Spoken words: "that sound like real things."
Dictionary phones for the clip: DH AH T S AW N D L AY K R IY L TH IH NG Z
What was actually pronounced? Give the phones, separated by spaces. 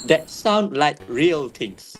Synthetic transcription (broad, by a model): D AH T S AW N D L AY K R IY L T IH NG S